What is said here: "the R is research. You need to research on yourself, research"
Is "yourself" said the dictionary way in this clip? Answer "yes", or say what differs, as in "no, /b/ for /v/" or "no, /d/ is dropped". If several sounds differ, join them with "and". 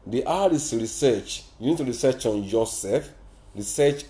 no, /l/ is dropped